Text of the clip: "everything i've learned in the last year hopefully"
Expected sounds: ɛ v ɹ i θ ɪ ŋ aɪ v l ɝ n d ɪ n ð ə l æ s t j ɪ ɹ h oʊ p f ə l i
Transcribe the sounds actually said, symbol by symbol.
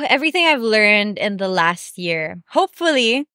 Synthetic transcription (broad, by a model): ɛ v ɹ i θ ɪ ŋ aɪ v l ɝ n d ɪ n ð ə l æ s t j ɪ ɹ h oʊ p f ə l i